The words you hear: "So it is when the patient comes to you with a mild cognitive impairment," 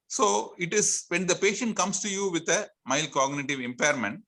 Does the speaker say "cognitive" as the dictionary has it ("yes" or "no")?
yes